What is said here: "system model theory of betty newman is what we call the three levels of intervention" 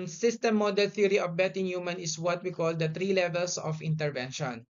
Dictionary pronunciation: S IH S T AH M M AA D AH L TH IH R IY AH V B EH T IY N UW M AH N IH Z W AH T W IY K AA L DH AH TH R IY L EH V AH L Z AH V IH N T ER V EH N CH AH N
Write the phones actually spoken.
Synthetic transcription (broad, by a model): S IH S T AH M M AA D AH L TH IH R IY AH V B EH T IY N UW M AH N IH S W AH T W IY K AA L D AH T R IY L EH V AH L S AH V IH N T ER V EH N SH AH N